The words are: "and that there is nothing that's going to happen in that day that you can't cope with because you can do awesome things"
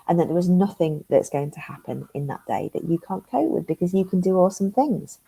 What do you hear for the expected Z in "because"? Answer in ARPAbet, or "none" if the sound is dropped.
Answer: Z